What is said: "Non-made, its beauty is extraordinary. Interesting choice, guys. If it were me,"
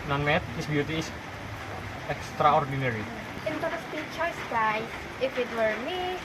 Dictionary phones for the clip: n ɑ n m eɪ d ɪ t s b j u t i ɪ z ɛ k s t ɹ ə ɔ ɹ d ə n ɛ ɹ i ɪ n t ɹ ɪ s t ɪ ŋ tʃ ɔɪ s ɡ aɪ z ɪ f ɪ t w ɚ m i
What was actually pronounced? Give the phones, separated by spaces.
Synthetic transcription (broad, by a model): n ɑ n m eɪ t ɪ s b j u t i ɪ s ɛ k s t ɹ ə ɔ ɹ d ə n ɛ ɹ i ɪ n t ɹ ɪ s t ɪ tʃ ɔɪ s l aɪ ɪ f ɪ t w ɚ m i